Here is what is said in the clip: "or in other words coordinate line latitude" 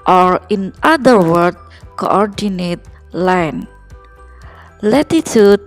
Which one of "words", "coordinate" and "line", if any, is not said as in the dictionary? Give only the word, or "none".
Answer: words